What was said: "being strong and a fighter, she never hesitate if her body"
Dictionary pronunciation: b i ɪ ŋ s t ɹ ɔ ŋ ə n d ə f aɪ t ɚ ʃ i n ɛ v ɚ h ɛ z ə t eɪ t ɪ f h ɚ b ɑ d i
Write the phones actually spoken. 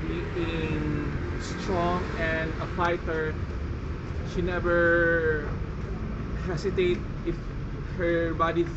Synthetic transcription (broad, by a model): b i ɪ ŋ s t ɹ ɔ ŋ ə n d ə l aɪ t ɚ ʃ i n ɛ v ɚ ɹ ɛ s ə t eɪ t ɪ f h ɚ b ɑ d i